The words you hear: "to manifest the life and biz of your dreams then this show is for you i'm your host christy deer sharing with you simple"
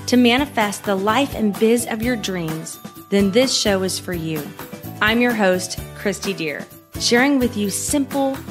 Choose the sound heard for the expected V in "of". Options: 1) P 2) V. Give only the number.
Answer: 2